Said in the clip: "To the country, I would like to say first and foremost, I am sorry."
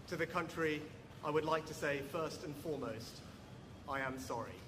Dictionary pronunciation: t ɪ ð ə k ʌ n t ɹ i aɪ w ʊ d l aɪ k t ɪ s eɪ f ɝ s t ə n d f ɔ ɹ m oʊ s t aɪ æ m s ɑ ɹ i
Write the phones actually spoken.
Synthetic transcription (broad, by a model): t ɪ ð ə k ʌ n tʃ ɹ i aɪ w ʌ d l aɪ k t ɪ s eɪ f ɝ s t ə n f ɔ ɹ m oʊ s t aɪ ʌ m s ɑ ɹ i